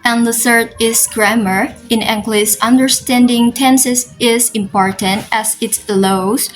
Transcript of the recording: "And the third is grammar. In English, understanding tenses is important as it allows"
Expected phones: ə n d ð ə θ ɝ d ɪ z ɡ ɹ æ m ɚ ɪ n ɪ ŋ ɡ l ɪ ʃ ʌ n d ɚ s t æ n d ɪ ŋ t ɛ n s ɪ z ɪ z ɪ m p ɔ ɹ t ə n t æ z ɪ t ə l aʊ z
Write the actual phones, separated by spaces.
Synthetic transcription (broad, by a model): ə n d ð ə θ ɝ d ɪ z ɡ ɹ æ m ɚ ɪ n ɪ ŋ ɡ l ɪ s ʌ n d ɚ s t æ n d ɪ ŋ t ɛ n s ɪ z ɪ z ɪ m p ɔ ɹ t ə n t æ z ɪ t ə l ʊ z